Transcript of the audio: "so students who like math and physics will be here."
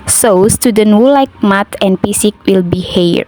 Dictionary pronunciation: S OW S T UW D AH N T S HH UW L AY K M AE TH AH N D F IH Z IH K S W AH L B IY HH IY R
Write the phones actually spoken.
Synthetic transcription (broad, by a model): S OW S T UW D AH N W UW L AY K M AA T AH N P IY S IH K W AH L B IY HH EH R